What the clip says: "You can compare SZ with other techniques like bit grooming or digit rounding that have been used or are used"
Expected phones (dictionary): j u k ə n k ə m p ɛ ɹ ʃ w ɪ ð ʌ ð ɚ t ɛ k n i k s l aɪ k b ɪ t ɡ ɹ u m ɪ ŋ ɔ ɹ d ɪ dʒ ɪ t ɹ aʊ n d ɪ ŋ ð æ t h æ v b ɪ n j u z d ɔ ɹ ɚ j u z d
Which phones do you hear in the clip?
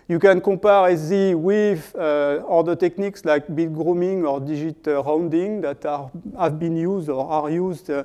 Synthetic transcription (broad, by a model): j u k ə n k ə p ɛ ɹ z w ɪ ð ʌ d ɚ t ɛ k n i k s l aɪ k b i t ɡ ɹ u m ɪ ŋ ɔ ɹ d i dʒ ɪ t ɹ aʊ n d ɪ ŋ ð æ t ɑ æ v b ɪ n j u z d ɔ ɹ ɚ j u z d